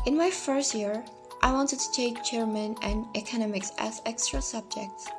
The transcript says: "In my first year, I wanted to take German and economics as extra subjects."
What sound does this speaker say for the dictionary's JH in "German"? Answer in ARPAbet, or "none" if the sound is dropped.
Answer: CH